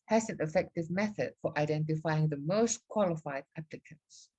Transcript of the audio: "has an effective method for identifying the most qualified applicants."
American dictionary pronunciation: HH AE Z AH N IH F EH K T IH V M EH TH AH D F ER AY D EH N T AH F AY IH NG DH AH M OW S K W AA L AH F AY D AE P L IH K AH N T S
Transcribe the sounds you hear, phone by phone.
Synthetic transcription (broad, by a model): HH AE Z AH N IH F EH K T IH V M EH TH AH D F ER AY D EH N T AH F AY IH NG DH AH M OW S K W AA L AH F AY D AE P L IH K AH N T S